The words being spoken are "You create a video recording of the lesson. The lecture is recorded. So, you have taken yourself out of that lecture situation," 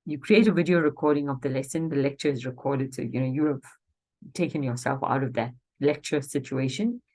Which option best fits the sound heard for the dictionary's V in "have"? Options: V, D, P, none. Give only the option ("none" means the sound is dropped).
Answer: P